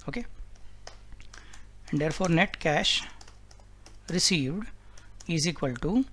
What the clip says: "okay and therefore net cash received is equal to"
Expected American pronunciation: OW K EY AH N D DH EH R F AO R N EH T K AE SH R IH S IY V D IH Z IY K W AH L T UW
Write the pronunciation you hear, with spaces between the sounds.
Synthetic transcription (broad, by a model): OW K EY AH N D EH R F AO R N EH T K AE SH R IH S IY V D IH Z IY K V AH L T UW